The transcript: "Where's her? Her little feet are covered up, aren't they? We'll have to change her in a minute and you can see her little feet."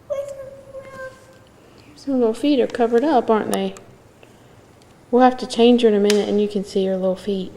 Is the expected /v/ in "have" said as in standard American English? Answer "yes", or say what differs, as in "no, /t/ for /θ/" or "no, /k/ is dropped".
no, /f/ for /v/